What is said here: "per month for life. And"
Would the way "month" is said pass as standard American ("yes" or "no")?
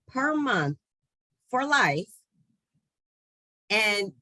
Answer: yes